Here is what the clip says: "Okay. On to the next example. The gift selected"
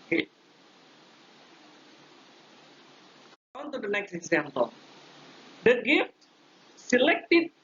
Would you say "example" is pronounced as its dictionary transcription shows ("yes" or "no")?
yes